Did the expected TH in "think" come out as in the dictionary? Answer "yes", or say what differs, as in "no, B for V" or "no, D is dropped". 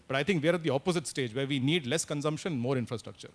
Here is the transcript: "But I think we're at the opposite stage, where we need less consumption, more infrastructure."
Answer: no, T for TH